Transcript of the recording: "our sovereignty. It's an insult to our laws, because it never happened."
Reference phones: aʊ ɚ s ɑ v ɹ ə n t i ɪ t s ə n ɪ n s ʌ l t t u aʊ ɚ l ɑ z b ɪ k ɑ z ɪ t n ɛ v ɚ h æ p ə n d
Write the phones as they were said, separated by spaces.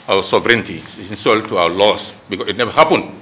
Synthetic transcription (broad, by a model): aʊ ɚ s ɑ v ɹ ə n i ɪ t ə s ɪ n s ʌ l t t u aʊ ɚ l ɑ s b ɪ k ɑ ɪ t n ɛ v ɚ h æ p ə n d